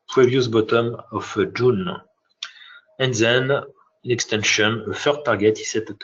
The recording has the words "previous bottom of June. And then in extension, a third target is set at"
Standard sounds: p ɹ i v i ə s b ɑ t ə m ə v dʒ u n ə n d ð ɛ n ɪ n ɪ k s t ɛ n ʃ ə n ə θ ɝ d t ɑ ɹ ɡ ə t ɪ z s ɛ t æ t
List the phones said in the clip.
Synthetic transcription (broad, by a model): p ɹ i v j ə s b ɑ t ə m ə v dʒ u n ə n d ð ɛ n ɪ n ɪ k s t ɛ n ʃ ə n ə f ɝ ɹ t ɑ ɹ ɡ ə t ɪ s ɛ t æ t